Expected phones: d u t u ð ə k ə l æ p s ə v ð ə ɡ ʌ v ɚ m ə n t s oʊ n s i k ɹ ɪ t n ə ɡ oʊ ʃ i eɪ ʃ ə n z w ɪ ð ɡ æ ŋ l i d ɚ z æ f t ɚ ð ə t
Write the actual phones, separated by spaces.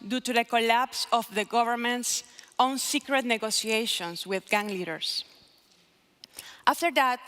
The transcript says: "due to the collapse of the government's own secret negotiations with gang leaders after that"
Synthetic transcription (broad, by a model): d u t u ð ə k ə l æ p s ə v ð ə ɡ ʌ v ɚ m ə n t s oʊ n s i k ɹ ɪ t n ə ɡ oʊ s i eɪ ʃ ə n s w ɪ ð ɡ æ ŋ l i d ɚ s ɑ f t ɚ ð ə t